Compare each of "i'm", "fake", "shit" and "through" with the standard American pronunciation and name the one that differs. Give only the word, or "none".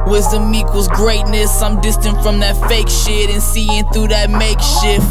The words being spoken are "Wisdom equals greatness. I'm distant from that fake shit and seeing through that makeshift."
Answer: none